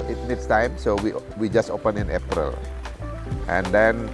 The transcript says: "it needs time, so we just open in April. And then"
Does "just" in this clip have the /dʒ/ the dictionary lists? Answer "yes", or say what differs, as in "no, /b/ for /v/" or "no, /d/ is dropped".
yes